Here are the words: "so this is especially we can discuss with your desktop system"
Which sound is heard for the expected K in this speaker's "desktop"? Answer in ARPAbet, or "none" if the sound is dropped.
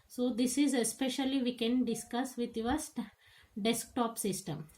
K